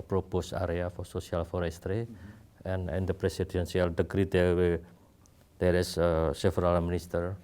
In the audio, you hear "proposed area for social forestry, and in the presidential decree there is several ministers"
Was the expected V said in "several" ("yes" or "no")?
no